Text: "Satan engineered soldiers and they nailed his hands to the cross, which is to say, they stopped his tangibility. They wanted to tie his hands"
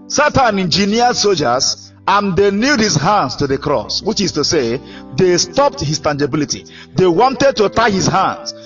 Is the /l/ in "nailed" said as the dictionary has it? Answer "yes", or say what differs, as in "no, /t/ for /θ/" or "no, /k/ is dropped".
no, /l/ is dropped